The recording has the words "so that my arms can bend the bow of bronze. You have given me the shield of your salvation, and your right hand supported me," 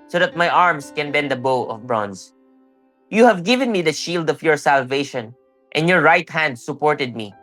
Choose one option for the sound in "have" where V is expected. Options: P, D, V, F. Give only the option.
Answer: V